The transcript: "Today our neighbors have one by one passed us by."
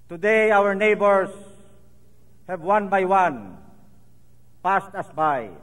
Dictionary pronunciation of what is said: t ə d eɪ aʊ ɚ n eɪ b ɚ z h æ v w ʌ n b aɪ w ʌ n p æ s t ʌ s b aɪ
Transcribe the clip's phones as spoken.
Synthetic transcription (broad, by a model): t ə d eɪ aʊ ɚ n eɪ b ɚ s h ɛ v w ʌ n b aɪ w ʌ n p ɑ s t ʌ s b aɪ